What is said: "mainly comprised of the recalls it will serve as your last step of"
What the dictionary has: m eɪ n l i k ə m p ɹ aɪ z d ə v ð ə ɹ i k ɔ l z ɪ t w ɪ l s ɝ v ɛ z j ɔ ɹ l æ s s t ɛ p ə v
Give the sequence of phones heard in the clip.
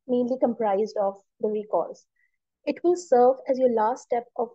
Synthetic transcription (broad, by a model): m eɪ n l i k ə m p ɹ aɪ z d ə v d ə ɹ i k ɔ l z ɪ t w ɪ l s ɝ v ɛ z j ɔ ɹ l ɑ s s t ɛ p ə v